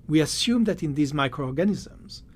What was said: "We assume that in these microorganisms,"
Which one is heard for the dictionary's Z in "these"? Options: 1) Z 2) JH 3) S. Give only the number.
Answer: 1